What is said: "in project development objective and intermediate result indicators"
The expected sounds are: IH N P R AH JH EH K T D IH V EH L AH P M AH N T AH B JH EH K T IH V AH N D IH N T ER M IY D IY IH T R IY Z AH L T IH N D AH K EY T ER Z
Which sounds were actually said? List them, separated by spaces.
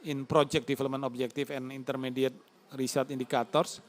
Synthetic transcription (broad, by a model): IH N P R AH JH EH K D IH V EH L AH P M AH N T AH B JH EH K T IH F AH N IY N T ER M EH D IY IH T R IY S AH T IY N D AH K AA T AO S